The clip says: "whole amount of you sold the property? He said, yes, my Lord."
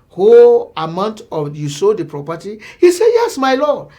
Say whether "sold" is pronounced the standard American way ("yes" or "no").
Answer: no